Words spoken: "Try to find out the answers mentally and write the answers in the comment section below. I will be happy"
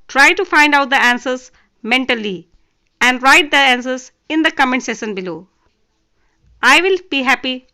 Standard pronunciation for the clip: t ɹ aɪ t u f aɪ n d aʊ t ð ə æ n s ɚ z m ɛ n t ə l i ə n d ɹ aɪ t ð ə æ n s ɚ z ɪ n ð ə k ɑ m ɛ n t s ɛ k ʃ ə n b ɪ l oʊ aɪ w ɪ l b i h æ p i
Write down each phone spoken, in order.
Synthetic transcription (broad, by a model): t ɹ aɪ t u f aɪ n d aʊ t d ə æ n s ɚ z m ɛ n t ə l i ə n d ɹ aɪ t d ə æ n s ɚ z ɪ n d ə k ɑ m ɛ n s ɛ ʃ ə n b ɪ l oʊ aɪ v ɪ l b i h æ p i